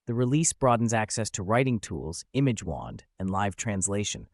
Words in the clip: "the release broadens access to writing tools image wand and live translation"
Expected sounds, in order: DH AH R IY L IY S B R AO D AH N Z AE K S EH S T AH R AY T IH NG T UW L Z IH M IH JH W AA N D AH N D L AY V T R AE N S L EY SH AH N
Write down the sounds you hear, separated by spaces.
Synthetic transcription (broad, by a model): DH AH R IY L IY S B R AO D N Z AE K S EH S T AH R AY T IH NG T UW L Z IH M IH JH W AA N D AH N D L AY V T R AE N S L EY SH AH N